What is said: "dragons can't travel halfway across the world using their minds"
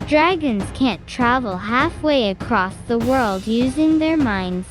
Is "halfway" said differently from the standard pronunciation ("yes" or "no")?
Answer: no